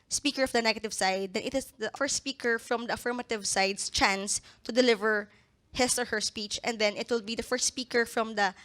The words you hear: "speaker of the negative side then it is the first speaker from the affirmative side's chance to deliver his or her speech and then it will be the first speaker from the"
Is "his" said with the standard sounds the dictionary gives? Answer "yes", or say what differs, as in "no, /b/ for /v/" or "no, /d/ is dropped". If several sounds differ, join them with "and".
no, /s/ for /z/